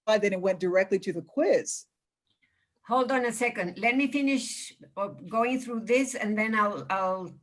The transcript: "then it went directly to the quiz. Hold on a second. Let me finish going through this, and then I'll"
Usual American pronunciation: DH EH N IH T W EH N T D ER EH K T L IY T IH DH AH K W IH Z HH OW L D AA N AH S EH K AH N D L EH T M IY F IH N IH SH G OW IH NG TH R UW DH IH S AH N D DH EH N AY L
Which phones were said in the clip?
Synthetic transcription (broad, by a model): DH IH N IH T W EH N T D ER EH K T L IY T IH DH AH K W IH Z HH OW L D AA N AH S EH K AH N D L EH T M IY F IH N IH SH G OW IH NG TH R UW DH IH S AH N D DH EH N AY L